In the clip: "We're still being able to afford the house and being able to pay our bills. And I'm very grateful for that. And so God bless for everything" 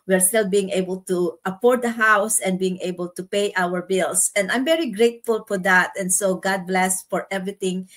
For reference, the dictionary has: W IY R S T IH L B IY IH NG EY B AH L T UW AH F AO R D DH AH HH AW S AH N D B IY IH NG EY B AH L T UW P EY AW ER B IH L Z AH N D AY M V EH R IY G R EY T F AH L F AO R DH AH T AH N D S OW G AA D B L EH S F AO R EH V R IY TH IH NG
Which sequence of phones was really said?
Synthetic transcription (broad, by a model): W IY R S T IH L B IY IH NG EY B AH L T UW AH P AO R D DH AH HH AW S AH N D B IY IH NG EY B AH L T UW P EY AW ER B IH L S AH N D AY M V EH R IY G R EY T F AH L F AO R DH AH T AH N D S OW G AA D B L EH S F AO R EH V R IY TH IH NG